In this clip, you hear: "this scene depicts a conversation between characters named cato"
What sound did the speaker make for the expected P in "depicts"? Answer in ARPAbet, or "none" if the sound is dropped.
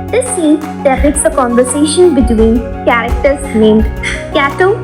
none